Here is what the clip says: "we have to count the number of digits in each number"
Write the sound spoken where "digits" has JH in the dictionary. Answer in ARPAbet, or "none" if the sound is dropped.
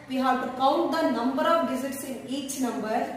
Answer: Z